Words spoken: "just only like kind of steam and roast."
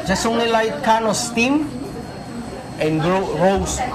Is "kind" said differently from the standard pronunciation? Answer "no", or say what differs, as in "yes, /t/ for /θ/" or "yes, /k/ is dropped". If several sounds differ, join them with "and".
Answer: yes, /d/ is dropped